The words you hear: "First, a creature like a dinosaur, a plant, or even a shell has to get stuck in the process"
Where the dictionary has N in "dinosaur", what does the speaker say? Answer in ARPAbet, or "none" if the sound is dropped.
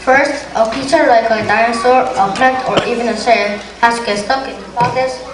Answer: none